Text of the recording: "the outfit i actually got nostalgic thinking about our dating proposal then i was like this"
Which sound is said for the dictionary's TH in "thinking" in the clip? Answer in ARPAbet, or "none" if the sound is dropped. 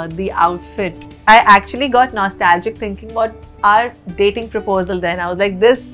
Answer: T